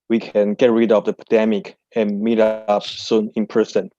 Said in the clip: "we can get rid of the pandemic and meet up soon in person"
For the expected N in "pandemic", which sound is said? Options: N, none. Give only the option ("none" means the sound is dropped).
none